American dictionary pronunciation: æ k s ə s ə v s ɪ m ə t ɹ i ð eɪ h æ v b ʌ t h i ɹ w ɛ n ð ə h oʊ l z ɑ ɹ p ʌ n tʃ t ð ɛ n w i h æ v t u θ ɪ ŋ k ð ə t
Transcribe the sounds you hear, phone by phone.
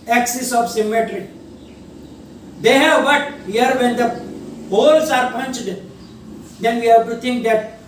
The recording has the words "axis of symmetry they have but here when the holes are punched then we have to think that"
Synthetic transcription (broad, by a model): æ k s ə s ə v s ɪ m ə t ɹ i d eɪ h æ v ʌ t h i ɹ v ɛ n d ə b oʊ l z ɑ ɹ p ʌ n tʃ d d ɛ n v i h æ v t u t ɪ ŋ k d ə t